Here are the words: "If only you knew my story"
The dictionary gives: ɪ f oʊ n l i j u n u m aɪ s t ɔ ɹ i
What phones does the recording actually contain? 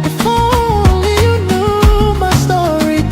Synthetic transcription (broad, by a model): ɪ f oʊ l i j u n u m aɪ s t ɔ ɹ i